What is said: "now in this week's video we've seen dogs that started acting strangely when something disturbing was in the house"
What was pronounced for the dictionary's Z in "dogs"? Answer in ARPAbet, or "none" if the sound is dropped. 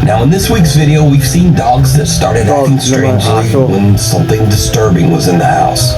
Z